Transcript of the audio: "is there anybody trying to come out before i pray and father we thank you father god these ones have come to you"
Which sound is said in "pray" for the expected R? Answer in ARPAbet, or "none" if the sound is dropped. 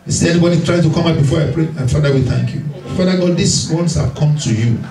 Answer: R